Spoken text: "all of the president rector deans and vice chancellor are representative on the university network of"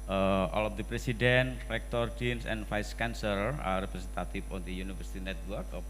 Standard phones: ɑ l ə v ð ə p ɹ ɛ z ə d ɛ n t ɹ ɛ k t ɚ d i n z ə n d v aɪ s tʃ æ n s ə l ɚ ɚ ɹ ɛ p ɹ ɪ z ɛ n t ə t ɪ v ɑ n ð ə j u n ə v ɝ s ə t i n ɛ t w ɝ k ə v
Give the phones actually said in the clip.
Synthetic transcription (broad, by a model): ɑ l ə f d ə p ɹ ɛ s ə d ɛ n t ɹ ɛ k t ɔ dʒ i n s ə n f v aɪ s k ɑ n s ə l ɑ ɹ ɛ p ɹ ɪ s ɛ n t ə t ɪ f ɑ n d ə j u n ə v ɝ s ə t i n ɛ t w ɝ k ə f